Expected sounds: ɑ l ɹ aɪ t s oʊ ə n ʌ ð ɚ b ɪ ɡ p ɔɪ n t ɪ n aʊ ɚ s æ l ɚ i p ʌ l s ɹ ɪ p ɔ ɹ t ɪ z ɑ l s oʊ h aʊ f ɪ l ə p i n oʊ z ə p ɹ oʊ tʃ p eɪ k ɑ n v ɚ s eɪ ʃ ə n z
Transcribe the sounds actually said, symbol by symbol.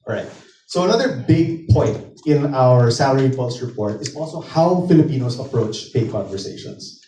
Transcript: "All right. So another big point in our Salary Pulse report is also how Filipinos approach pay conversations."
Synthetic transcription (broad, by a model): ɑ ɹ aɪ t s oʊ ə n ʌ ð ɚ b ɪ ɡ p ɔɪ n t ɪ n aʊ ɚ s æ l ɚ i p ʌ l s ɹ ɪ p ɔ ɹ t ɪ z ɑ l s oʊ h aʊ f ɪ l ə p i n oʊ s ə p ɹ oʊ tʃ p eɪ k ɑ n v ɚ s eɪ ʃ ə n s